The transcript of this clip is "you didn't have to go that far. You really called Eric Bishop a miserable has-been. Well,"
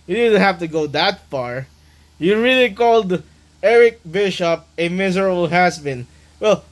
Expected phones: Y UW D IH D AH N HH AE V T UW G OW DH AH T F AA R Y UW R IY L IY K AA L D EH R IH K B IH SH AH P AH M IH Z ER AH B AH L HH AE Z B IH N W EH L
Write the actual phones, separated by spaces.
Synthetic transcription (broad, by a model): Y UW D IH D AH N HH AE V T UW G OW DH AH T F AA R Y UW R IY L IY K AA L D EH R IH K B IH SH AH P AH M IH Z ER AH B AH L HH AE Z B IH N W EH L